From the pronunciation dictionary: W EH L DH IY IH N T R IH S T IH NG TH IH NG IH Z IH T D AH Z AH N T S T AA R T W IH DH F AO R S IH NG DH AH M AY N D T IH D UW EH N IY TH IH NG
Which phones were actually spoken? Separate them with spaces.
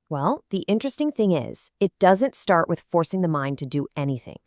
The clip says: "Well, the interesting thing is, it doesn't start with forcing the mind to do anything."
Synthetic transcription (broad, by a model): W EH L DH IY IH N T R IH S T IH NG TH IH NG IH Z IH T D AH Z AH N T S T AA R T W IH DH F AO R S IH NG DH AH M AY N T IH D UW EH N IY TH IH NG